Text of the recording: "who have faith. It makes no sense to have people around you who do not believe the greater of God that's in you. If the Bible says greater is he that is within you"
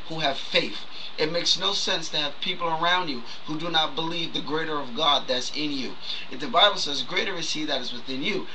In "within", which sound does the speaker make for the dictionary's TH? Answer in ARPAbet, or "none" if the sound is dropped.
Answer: TH